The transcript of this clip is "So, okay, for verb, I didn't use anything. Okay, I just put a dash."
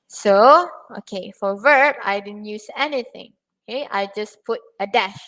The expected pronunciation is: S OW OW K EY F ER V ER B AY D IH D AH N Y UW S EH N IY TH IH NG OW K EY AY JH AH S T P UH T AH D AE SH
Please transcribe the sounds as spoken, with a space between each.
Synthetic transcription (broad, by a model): S OW OW K EY F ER V ER B AY D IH D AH N Y UW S EH N IY TH IH NG OW K EY AY JH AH S P UH T AH D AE SH